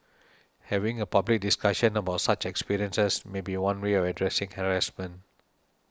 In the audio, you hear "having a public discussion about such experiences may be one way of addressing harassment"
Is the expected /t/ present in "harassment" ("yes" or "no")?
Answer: no